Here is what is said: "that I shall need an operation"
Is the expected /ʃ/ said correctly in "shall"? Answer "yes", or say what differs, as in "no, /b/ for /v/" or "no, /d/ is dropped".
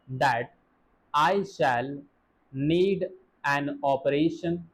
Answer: yes